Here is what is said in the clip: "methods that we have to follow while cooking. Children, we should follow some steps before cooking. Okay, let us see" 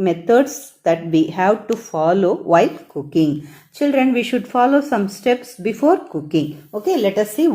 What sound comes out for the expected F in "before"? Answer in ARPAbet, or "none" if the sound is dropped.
F